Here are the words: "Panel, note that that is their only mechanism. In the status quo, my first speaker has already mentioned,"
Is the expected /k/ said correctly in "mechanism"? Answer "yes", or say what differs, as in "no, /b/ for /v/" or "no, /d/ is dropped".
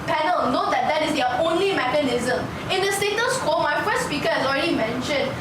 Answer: yes